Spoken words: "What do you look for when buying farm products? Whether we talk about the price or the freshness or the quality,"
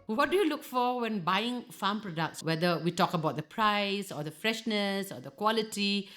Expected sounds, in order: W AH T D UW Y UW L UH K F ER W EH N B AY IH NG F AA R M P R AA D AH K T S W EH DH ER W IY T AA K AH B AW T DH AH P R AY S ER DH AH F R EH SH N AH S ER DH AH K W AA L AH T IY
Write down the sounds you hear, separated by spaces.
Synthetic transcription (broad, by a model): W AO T D UW Y UW L UH K F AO W EH N B AY IH NG F AA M P R AA D AH K T S W EH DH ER W IY T AA K AH B AW T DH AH P R AY S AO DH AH F R EH SH N AH S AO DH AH K W AA L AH T IY